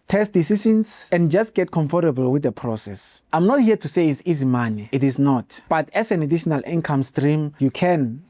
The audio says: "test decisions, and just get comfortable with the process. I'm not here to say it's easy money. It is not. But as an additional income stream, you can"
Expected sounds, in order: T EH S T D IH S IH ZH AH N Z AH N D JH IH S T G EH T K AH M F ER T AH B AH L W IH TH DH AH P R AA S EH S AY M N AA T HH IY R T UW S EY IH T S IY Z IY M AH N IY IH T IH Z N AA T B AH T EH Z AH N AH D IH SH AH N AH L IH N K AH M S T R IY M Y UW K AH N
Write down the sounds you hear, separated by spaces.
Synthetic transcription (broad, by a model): T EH S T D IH S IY SH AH N S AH N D JH IH S T G EH T K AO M F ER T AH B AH L W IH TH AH P R AA S EH S AY M N AA T HH IY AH T UW S EY IH T S IY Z IY M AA N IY IH T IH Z N AA T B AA T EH S AH N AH D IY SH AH N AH L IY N K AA M S T R IY M Y UW K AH N